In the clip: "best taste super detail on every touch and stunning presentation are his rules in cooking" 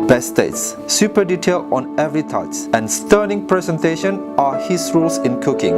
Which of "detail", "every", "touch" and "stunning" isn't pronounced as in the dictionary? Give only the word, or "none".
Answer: touch